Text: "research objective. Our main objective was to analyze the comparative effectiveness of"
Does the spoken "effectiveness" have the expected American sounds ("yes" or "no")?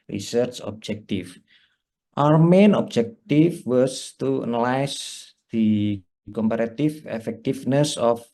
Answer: no